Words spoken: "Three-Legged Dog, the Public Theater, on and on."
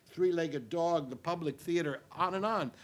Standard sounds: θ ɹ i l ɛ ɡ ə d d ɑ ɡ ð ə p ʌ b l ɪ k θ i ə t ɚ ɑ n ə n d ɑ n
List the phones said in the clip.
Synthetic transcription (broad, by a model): θ ɹ i l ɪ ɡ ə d d ɑ ɡ ð ə p ʌ b l ɪ k θ i ə t ɚ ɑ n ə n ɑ n